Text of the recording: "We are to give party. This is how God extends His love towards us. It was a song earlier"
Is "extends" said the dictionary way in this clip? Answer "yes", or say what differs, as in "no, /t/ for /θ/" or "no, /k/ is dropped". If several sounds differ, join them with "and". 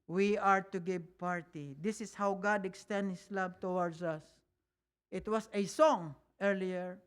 no, /z/ is dropped